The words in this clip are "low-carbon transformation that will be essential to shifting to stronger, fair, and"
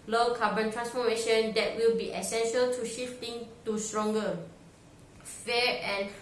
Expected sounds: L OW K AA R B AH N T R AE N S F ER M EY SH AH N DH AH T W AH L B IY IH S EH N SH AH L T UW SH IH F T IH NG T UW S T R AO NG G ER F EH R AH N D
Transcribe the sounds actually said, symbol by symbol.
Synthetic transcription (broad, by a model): L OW K AA B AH N T R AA N S F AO M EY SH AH N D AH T W AH L B IY IH S EH N SH AH L T UW SH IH F T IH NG T UW S T R AO NG G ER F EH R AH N